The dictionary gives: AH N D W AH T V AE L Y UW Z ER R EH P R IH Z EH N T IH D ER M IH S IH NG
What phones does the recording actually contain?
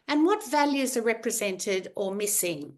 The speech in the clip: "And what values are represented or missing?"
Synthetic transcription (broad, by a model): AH N W AH T V AE L Y UW Z ER R EH P R IH Z EH N T IH D ER M IH S IH NG